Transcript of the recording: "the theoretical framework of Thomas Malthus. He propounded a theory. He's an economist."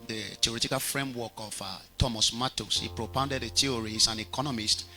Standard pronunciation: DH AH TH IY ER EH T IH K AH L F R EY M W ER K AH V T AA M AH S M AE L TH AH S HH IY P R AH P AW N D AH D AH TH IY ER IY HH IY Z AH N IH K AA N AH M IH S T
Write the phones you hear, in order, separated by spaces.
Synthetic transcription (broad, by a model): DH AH T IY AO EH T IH K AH L F R EY M W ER K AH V T AA M AH S M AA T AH S HH IY P R AH P AW N D AH D AH T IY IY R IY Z AH N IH K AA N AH M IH S T